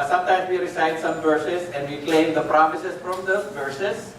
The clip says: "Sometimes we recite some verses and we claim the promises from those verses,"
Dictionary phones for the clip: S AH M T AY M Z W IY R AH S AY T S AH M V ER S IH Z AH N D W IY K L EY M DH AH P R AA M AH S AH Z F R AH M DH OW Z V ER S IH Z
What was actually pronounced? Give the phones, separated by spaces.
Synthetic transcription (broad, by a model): S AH M T AY M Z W IY R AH S AY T S AH M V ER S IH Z AH N D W IY K L EY M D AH P R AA M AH S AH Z F R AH M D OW V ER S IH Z